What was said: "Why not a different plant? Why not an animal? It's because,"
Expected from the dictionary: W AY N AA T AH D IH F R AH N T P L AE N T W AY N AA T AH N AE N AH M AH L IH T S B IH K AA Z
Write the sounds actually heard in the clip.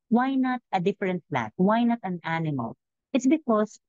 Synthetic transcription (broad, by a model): W AY N AA T AH D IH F R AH N T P L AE T W AY N AA T AH N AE N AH M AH L IH T S B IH K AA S